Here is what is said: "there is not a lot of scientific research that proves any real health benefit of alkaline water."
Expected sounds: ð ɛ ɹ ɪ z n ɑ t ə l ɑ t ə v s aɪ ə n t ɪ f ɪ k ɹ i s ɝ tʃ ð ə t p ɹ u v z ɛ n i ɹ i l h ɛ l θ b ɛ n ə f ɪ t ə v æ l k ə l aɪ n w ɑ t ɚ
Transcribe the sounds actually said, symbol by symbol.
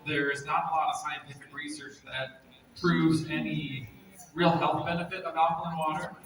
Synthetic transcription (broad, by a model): ð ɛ ɹ ɪ z n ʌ t ə l ɑ t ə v s aɪ ə n t ɪ f ɪ k ɹ i s ɝ tʃ ð ə t p ɹ u v z ɛ n i ɹ i l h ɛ l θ b ɛ n ə f ɪ t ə b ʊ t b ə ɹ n w ɑ t ɚ